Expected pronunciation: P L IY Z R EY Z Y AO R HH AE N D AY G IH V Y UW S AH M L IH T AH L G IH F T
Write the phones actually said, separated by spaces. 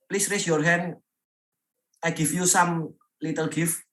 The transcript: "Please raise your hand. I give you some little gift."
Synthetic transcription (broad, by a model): P L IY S R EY S Y AO R HH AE N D AY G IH F Y UW S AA M L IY T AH L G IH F